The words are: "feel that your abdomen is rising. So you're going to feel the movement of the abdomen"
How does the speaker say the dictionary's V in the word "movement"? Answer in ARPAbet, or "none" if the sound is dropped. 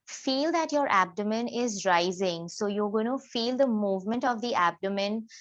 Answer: V